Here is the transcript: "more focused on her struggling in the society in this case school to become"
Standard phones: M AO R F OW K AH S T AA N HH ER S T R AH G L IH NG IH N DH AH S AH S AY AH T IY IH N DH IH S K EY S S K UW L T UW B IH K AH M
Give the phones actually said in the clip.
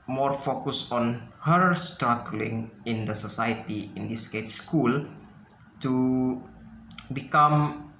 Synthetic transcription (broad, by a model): M AO R F OW K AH S AA N HH ER S T R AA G L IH NG IH N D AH S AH S AY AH T IY IH N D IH S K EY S S K UW L T UW B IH K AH M